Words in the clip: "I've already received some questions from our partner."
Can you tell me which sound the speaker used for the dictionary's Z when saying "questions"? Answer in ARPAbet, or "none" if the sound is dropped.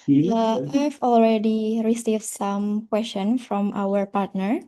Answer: none